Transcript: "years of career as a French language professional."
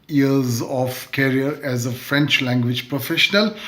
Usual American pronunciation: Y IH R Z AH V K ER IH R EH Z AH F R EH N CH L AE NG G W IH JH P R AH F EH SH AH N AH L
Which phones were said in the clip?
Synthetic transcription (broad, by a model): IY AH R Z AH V K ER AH R EH Z AH F R EH N CH L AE NG G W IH JH P R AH F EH SH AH N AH L